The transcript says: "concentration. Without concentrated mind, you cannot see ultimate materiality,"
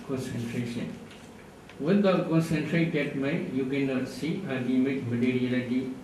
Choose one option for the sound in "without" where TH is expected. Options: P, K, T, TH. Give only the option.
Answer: T